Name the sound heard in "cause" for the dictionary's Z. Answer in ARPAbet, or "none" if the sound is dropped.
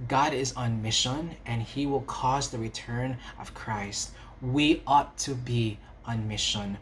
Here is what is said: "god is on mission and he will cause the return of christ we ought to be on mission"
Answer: Z